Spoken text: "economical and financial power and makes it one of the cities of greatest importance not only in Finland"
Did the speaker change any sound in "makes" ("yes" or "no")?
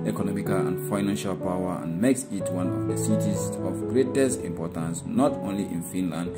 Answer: no